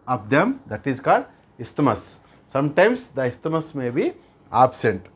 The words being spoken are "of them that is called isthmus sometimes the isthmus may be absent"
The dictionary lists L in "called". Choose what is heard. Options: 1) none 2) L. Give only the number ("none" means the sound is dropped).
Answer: 1